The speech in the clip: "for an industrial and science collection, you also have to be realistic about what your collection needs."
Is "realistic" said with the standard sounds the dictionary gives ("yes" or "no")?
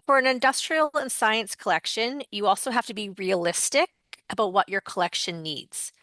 yes